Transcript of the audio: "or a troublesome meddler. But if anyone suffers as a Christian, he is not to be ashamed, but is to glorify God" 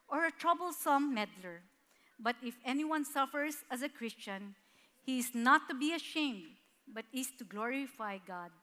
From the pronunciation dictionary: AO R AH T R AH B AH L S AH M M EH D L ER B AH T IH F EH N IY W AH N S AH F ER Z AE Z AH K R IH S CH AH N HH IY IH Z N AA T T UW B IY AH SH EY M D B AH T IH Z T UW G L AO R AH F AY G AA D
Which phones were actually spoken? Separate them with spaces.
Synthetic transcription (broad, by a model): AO R AH T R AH B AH L S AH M M EH D L ER B AH T IH F EH N IY W AH N S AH F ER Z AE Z AH K R IH S CH AH N HH IY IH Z N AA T T UW B IY AH SH EY M D B AH T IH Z T UW G L AO R AH F AY G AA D